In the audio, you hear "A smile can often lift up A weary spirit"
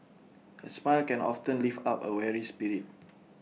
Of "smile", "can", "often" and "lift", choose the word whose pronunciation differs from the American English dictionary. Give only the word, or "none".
lift